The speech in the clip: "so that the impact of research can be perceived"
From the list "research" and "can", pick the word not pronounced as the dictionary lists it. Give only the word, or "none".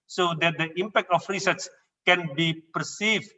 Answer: research